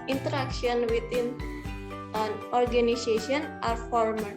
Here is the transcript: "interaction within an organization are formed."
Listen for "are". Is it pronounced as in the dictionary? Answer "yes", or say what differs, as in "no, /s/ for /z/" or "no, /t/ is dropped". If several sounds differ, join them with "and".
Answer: yes